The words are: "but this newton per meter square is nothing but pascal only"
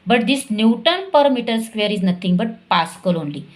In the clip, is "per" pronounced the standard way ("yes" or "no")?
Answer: yes